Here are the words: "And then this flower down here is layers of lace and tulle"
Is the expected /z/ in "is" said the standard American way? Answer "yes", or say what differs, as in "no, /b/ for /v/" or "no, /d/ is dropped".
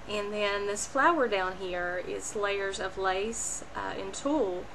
no, /s/ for /z/